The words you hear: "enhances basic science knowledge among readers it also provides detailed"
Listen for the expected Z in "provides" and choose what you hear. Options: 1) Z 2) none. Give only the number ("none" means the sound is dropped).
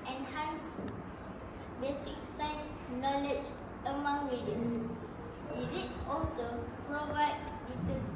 2